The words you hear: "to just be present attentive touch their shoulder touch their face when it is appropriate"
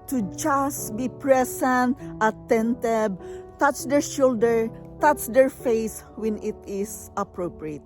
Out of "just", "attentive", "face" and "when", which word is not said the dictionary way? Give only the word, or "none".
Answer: attentive